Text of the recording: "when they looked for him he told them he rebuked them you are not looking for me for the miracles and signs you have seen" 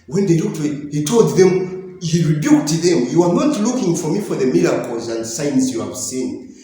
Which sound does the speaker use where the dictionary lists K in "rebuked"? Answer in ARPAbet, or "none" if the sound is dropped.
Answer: K